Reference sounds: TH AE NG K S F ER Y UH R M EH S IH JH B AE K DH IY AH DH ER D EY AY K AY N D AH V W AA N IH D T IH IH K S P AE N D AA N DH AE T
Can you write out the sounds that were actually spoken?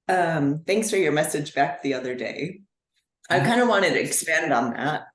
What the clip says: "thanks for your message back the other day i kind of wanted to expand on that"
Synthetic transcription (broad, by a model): TH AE NG K S F ER Y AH R M EH S IH JH B AE K DH IY AH DH ER D EY AY K AY N D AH W AA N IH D T IH IH K S P AE N D N DH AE T